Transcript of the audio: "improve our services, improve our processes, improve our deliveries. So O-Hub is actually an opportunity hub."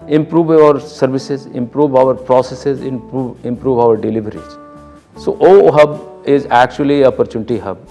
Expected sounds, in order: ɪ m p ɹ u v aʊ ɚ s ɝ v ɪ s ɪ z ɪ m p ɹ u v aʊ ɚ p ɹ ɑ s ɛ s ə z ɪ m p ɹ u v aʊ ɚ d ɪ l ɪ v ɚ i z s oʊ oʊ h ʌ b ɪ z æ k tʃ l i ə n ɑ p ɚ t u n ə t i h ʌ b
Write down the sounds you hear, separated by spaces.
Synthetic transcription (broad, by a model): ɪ m p ɹ u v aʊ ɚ s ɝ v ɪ s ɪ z ɪ m p ɹ u v aʊ ɚ p ɹ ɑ s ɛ s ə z ɪ m p ɹ u v aʊ ɚ d ɪ l ɪ v ɚ i z s oʊ oʊ h ʌ b ɪ z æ k tʃ i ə l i p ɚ t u n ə t i h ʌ b